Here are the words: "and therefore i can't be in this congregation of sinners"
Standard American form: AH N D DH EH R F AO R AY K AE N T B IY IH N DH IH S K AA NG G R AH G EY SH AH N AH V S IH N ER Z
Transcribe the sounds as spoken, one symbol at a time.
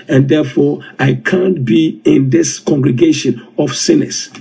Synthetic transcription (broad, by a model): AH N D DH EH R F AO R AY K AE N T B IY IH N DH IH S K AA NG G R AH G EY SH AH N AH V S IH N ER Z